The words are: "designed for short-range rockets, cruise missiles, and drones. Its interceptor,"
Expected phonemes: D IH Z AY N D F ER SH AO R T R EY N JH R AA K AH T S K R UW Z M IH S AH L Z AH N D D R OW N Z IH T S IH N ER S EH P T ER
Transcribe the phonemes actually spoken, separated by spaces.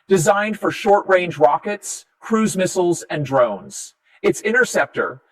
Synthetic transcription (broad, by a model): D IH Z AY N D F ER SH AO R T R EY N JH R AA K AH T S K R UW Z M IH S L Z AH N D D R OW N Z IH T S IH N ER S EH P T ER